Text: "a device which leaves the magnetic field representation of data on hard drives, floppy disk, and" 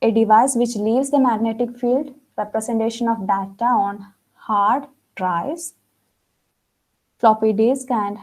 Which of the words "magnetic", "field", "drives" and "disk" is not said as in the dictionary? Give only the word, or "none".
drives